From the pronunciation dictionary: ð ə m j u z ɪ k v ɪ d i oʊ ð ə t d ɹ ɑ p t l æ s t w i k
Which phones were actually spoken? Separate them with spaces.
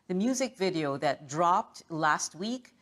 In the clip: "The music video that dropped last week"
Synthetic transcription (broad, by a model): ð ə m j u z ɪ k v ɪ d i oʊ ð ə t d ɹ ɑ p t l æ s t w i k